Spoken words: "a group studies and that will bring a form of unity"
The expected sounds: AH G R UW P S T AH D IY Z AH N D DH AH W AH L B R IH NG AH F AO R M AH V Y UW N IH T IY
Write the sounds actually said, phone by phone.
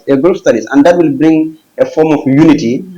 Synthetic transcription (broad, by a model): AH G R UW P S T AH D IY S AH N D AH W AH L B R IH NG AH F AO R M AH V Y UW N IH T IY